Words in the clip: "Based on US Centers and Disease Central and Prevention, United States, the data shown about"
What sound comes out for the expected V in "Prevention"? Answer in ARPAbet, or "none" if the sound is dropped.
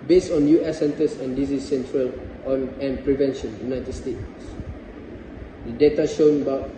V